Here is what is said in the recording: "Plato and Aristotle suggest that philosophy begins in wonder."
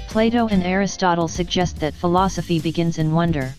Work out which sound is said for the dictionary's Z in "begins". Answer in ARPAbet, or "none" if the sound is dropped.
Z